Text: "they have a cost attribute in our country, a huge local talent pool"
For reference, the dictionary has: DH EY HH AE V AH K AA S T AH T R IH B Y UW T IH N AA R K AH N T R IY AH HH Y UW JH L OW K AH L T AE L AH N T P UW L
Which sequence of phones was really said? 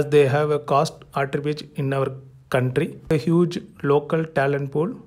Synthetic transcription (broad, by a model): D EY HH AE V AH K AA S T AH T R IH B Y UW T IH N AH R K AH N T R IY AH HH Y UW JH L OW K AH L T AE L AH N T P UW L